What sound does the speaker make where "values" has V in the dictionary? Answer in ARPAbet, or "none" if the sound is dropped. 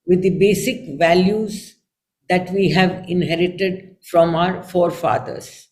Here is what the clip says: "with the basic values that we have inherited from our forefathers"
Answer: V